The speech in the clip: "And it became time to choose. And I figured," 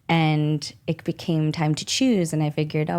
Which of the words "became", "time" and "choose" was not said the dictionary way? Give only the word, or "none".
none